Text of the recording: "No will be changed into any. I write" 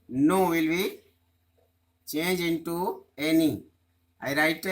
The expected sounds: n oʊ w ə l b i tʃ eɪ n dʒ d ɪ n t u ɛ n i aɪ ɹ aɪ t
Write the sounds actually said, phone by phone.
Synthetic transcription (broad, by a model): n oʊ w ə l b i tʃ eɪ n dʒ ɪ n t u ɛ n i aɪ ɹ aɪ t